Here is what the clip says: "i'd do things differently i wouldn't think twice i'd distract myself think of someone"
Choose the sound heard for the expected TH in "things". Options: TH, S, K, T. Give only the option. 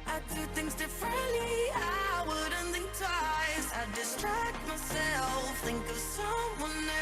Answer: TH